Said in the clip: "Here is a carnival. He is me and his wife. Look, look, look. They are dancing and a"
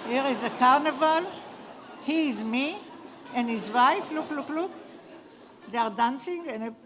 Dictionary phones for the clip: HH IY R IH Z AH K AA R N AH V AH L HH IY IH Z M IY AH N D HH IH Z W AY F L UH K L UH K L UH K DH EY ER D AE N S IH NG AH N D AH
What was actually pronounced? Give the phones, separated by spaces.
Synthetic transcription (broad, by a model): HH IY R IH Z AH K AA R N AH V AH L HH IY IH Z M IY AH N D HH IH Z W AY F L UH K L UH K L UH K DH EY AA D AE N S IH NG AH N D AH